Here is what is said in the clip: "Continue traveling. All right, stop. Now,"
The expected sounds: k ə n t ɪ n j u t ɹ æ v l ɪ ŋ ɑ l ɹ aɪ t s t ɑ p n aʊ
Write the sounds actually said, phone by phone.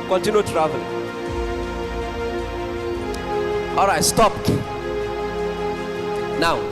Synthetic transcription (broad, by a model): k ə n t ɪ n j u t ɹ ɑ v ɪ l ɑ l ɹ aɪ t s t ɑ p n aʊ